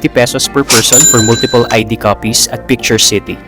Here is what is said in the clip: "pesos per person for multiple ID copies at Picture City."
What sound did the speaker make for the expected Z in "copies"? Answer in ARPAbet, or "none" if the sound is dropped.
S